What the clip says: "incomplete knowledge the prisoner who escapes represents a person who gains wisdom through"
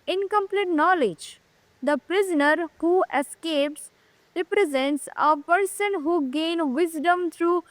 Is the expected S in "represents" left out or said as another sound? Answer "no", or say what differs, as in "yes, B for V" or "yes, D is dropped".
no